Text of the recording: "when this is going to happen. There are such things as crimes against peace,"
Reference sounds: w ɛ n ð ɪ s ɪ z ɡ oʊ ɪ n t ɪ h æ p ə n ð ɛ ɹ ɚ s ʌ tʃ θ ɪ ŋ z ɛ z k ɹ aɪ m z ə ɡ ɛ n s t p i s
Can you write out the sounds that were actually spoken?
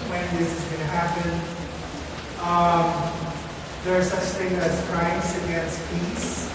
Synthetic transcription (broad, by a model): w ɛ n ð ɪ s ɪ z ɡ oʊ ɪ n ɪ h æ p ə n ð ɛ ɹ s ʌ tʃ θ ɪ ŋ ɛ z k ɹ aɪ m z ə ɡ ɛ n s t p i s